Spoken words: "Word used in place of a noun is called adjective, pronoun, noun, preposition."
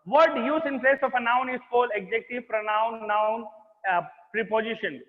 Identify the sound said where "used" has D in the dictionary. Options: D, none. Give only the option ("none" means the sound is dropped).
none